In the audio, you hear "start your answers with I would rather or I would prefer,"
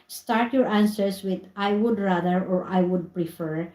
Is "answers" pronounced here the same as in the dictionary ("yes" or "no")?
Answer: no